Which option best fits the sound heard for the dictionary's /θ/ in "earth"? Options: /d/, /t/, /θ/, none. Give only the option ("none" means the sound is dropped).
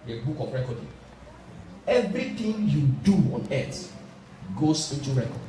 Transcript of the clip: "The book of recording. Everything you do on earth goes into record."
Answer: /t/